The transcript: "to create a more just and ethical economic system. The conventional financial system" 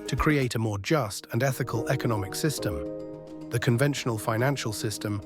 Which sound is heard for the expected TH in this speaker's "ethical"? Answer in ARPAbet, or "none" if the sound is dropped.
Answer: TH